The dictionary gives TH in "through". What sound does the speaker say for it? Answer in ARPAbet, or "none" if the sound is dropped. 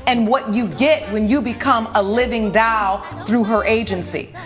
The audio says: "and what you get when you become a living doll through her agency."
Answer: TH